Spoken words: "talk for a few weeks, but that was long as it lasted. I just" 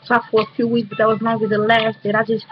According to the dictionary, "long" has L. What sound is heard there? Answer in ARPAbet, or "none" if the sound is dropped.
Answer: N